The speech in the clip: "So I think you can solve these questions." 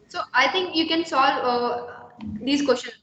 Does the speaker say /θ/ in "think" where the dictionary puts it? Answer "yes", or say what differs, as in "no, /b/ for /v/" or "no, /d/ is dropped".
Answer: no, /t/ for /θ/